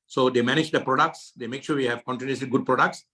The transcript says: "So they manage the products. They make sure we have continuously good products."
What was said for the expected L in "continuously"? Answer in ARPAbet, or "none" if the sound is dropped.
none